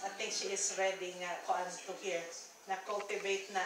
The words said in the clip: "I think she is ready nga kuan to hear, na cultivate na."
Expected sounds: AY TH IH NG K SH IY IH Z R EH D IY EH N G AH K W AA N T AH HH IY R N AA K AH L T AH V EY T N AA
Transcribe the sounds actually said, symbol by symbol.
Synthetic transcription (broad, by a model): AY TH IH NG K SH IY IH S R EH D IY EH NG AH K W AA N T AH HH IY R N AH K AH L T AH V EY T N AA